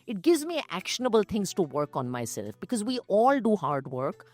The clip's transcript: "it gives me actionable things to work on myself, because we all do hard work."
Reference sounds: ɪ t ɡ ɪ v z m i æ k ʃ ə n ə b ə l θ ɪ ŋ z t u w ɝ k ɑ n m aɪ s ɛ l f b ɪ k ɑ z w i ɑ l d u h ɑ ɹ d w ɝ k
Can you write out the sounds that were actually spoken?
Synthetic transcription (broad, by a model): ɪ t ɡ ɪ v z m i æ k ʃ ə n ə b ə l t ɪ ŋ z t u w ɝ k ɑ n m aɪ s ɛ l f b ɪ k ɑ z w i ɑ l d u h ɑ ɹ d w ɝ k